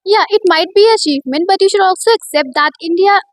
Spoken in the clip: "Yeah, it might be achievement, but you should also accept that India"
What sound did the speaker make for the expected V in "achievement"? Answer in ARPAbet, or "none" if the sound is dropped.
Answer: none